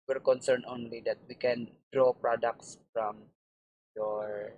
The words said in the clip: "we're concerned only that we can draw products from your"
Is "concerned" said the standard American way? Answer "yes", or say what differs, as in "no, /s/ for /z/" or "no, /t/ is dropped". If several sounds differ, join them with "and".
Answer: no, /d/ is dropped